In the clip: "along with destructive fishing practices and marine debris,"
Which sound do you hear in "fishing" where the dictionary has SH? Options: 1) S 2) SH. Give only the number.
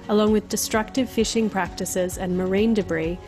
2